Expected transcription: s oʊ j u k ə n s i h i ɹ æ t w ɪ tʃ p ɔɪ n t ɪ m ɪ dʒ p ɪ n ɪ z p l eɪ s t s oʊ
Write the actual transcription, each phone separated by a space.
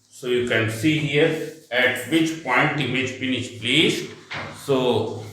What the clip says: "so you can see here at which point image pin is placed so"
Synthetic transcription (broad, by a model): s oʊ j u k ə n s i h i ɹ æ t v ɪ tʃ p ɔɪ n t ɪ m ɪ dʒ f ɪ n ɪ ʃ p l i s s oʊ